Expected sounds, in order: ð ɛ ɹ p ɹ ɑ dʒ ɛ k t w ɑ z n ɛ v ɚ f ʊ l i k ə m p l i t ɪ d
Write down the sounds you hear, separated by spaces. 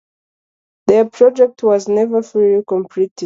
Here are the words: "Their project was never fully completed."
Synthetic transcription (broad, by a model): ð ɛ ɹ p ɹ ɑ dʒ ɛ k t w ɑ z n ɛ v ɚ f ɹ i k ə m p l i t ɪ